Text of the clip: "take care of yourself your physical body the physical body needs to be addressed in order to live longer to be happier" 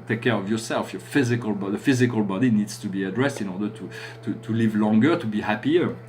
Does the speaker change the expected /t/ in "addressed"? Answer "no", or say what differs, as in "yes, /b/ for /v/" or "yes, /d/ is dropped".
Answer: no